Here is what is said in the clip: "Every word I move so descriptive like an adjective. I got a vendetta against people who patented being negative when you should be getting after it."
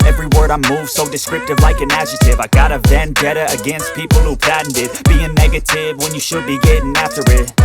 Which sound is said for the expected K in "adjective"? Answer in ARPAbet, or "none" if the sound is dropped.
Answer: none